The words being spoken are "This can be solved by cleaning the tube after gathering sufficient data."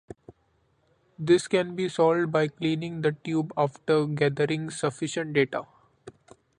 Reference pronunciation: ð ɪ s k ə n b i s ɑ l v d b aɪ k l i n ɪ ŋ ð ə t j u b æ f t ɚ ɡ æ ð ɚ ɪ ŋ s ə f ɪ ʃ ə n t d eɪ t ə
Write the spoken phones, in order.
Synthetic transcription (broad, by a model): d ɪ s k ə n b i s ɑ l d b aɪ k l i n ɪ ŋ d ə t j u b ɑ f t ɚ ɡ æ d ɚ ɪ ŋ s ə f ɪ ʃ ə n t d eɪ t ə